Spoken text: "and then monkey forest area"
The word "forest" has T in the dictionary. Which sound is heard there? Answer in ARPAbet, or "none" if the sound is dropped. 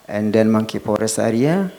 none